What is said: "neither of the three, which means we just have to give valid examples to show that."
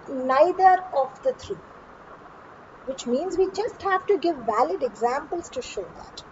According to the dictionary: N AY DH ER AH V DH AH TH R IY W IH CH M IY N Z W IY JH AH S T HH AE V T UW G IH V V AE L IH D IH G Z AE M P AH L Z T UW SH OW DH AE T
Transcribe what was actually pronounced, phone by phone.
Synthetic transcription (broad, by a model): N AY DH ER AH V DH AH T R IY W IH CH M IY N Z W IY JH AH S T HH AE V T UW G IH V V AE L IH D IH G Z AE M P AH L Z T UW SH OW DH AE T